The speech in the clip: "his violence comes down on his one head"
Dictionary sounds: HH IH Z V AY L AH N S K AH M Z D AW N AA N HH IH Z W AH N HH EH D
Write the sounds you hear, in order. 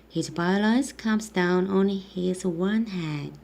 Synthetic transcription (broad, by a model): HH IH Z B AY L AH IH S K AH M Z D AW N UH N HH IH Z W AH N HH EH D